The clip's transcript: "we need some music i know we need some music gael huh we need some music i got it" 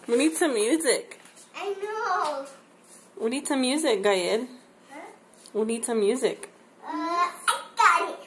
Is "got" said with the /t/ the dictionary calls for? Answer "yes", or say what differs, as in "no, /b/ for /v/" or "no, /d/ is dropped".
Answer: no, /t/ is dropped